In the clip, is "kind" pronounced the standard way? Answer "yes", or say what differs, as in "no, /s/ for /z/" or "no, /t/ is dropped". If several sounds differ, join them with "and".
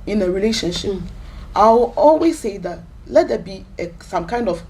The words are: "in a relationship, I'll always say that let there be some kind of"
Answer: yes